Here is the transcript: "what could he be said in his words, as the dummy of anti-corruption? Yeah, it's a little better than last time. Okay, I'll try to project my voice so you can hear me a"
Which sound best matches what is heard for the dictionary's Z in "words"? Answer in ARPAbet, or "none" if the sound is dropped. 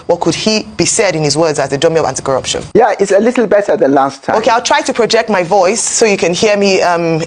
Z